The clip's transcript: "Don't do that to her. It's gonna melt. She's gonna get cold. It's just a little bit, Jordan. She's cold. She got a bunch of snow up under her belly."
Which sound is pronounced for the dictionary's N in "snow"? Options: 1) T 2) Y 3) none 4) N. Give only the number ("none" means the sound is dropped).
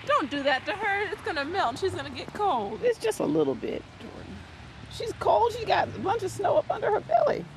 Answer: 4